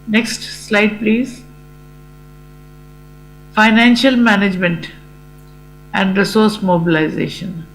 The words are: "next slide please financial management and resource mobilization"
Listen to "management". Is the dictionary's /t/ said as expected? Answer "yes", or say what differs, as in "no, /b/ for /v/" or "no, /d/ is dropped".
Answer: yes